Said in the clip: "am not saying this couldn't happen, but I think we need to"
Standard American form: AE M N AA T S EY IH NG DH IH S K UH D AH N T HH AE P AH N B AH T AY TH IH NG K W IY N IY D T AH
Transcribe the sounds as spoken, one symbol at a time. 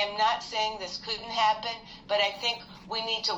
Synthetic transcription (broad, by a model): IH M N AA T S EY IH NG DH IH S K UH D N T HH AE P AH N B AH T AY TH IH NG K W IY N IY D T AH